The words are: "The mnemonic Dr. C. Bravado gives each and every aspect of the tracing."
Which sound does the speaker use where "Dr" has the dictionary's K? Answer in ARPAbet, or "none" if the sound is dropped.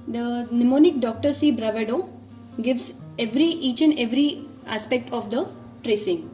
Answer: K